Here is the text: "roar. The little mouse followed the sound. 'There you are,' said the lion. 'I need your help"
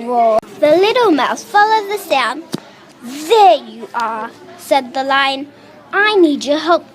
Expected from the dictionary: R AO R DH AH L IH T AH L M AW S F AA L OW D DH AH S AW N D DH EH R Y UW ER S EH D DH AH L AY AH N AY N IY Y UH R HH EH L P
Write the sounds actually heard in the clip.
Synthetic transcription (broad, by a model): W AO DH AH L IH T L M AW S F AA L OW D DH AH S AW N D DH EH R Y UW ER S EH D DH AH L AY AH N AY N IY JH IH HH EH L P